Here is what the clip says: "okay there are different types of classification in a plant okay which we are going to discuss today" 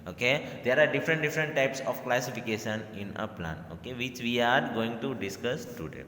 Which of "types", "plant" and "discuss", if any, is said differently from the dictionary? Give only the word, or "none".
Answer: plant